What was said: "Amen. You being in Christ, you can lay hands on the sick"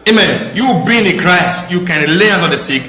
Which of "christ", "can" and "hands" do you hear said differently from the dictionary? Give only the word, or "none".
hands